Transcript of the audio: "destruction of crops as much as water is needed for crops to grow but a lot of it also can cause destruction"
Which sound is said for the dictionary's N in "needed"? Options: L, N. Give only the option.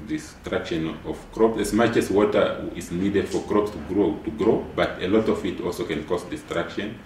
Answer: N